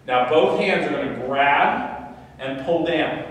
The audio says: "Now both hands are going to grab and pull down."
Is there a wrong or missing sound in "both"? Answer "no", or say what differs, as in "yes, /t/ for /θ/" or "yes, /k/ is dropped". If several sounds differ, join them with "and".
no